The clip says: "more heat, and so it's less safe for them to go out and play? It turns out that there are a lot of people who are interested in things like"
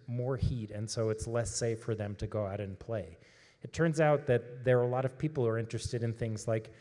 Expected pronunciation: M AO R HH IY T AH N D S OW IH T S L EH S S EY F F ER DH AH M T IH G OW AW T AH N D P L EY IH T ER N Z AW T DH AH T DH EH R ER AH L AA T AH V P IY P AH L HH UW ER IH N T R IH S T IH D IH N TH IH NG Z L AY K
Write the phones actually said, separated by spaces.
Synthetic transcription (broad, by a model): M AO R HH IY T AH N S OW IH T S L EH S S EY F F ER DH AH M T IH G OW AW T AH N P L EY IH T ER N Z AW T DH AH T DH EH R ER AH L AA T AH V P IY P L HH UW ER IH N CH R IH S T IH D IH N TH IH NG Z L AY K